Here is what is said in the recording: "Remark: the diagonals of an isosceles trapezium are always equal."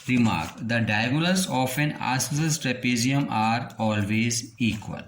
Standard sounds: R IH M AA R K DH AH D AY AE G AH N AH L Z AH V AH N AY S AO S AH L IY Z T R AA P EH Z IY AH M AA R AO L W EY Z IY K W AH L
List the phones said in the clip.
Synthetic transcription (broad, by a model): R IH M AA R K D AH D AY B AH L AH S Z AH F AH N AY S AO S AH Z T R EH P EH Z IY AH M AA R AO L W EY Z IY K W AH L